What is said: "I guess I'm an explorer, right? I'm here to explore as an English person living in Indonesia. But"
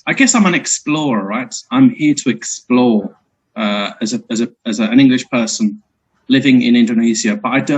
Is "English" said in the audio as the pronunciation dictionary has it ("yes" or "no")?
yes